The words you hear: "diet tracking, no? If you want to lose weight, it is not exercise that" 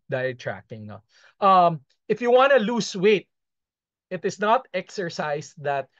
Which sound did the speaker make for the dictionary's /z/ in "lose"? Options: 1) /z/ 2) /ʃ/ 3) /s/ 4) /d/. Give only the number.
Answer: 3